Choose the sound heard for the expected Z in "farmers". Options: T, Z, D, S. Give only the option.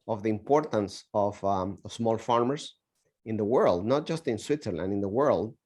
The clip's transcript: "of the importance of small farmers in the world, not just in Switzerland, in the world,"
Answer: S